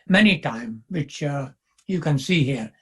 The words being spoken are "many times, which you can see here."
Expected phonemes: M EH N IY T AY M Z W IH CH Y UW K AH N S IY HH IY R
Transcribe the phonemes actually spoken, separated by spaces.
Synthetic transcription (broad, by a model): M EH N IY T AY M W IH CH Y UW K AH N S IY HH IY R